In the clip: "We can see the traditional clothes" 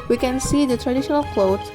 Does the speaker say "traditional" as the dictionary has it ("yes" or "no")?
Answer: yes